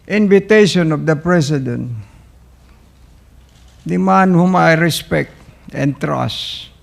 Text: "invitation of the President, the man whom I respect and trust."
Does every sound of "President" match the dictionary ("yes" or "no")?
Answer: no